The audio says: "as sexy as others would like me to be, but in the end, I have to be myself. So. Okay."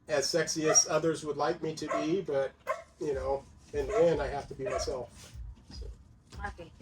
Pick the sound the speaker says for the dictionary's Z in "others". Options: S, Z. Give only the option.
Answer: Z